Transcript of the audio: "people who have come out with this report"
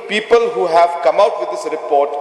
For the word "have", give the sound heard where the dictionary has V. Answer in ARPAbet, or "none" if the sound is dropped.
V